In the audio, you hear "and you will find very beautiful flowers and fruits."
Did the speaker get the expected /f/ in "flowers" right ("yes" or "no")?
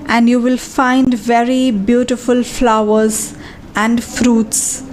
yes